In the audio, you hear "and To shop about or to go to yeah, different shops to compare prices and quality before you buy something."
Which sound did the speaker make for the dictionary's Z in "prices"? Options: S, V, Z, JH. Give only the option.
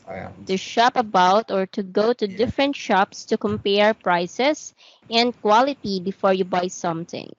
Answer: S